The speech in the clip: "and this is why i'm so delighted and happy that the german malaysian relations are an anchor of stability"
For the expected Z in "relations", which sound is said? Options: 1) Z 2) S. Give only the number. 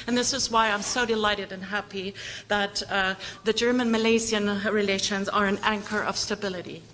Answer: 1